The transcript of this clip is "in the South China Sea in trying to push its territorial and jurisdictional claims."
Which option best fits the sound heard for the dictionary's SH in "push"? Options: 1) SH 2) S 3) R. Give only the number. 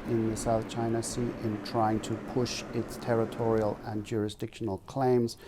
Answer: 1